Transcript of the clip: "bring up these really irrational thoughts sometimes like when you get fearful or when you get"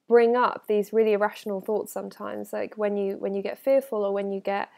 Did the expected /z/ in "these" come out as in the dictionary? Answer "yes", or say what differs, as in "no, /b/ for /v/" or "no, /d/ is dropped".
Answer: yes